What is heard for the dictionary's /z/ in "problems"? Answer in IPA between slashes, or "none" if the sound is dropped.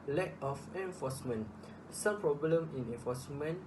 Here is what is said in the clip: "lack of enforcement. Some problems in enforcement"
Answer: none